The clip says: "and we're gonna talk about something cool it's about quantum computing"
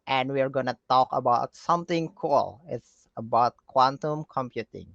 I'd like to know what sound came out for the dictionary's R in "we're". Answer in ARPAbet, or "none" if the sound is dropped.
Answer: R